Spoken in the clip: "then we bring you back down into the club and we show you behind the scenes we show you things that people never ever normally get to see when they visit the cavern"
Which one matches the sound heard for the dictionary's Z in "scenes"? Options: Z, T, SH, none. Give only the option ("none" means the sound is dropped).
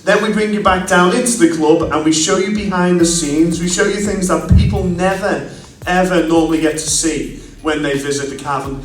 Z